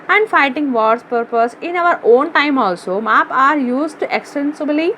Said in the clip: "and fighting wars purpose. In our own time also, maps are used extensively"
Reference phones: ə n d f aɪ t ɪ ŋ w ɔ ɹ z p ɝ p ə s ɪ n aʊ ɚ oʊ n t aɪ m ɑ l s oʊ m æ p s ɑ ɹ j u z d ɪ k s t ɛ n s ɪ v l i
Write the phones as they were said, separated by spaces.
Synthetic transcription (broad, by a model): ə n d f aɪ t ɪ ŋ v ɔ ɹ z p ɝ p ə s ɪ n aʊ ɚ oʊ n t aɪ m ɑ l s oʊ m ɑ p ɑ ɹ j u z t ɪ k s t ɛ n s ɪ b l i